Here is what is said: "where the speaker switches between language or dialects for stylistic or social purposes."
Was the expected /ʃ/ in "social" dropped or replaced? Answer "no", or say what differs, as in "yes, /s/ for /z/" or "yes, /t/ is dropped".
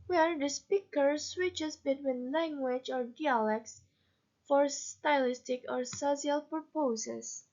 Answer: yes, /s/ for /ʃ/